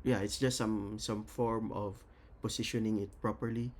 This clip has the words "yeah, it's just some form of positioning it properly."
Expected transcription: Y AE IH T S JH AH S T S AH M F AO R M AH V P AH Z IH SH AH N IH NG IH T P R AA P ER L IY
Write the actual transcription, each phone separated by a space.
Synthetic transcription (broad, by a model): Y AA IH T S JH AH S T S AH M F AO R M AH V P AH S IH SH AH N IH NG IH T P R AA P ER L IY